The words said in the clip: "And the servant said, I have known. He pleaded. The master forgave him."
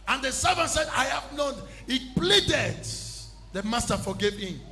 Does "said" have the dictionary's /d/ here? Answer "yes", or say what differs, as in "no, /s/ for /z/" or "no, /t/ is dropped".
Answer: yes